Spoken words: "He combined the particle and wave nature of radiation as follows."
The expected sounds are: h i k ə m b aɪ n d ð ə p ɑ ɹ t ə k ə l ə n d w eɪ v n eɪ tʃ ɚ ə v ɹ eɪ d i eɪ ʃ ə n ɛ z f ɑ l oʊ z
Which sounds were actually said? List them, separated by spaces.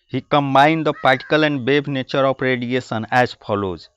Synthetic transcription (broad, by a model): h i k ə m b aɪ n d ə p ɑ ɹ t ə k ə l ə n d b eɪ b n eɪ tʃ ɚ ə p ɹ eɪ d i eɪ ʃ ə n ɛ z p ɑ l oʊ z